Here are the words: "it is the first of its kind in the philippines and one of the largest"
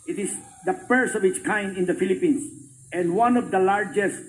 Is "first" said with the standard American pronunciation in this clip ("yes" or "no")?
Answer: no